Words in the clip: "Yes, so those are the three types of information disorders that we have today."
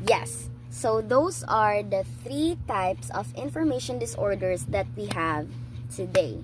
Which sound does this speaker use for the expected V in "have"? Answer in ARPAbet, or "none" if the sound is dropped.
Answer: V